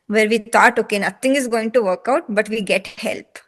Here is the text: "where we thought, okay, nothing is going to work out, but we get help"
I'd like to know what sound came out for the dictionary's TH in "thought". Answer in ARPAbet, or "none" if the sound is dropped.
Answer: T